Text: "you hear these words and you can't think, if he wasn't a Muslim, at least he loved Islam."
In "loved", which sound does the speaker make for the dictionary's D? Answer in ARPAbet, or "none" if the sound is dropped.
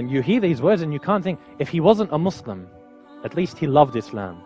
D